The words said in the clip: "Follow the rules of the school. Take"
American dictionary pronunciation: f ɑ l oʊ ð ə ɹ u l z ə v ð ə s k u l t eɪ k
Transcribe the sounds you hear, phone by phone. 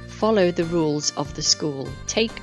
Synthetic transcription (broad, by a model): f ɑ l oʊ ð ə ɹ u l z ə v ð ə s k u l t eɪ k